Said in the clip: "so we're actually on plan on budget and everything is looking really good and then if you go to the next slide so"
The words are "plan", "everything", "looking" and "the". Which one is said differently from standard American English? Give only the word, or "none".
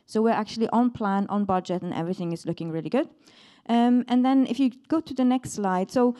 none